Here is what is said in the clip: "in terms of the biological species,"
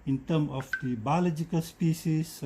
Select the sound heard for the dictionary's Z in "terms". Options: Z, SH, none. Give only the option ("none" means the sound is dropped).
none